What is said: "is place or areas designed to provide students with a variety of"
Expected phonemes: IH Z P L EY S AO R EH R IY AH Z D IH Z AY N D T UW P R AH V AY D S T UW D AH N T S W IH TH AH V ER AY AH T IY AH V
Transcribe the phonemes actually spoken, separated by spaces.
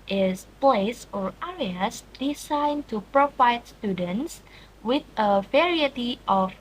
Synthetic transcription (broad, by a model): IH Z P L EY S AO R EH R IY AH S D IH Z AY N T UW P R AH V AY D S T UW D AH N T S W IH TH AH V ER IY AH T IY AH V